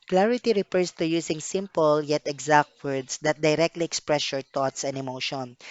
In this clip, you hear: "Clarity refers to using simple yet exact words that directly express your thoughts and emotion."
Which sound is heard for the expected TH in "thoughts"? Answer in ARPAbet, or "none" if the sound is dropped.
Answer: T